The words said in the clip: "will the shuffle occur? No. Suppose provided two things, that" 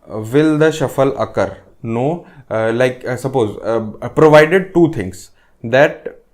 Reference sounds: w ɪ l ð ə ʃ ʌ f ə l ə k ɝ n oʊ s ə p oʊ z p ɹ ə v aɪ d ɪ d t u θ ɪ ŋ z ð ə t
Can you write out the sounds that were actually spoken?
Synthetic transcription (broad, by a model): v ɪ l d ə ʃ ʌ f ə l ə k ɝ n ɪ s ə p oʊ z p ɹ ə v aɪ d ɪ d t u t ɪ ŋ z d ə t